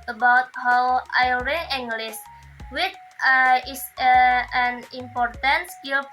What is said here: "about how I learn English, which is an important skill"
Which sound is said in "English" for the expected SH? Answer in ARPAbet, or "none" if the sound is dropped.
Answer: S